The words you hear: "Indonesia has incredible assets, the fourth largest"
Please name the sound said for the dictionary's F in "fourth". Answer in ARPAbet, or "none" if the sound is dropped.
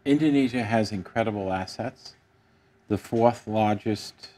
F